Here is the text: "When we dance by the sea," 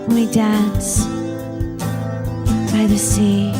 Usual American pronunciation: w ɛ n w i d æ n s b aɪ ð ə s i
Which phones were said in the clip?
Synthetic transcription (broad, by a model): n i d æ n s b aɪ ð ə s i